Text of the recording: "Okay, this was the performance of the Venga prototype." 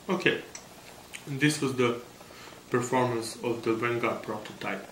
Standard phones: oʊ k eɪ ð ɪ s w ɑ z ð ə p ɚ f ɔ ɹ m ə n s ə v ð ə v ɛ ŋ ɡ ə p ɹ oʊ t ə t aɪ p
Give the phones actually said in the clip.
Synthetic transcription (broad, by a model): oʊ k eɪ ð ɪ s w ɑ z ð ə p ɚ f ɔ ɹ m ə n s ə v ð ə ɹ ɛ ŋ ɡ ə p ɹ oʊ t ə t aɪ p